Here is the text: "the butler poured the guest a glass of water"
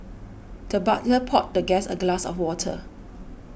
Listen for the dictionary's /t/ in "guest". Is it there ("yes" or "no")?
no